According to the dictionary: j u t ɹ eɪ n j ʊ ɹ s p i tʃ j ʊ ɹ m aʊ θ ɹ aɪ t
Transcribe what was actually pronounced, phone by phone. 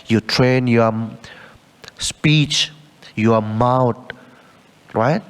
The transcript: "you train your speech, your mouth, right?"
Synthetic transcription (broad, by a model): j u t ɹ eɪ n j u s p i tʃ j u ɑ m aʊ t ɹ aɪ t